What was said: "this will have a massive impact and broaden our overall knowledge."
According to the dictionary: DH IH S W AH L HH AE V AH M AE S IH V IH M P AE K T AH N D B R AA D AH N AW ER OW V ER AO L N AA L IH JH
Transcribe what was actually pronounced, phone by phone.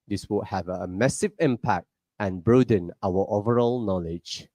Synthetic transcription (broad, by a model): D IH S W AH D HH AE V AH M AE S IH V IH M P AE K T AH N B R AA D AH N AW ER OW V ER AO L N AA L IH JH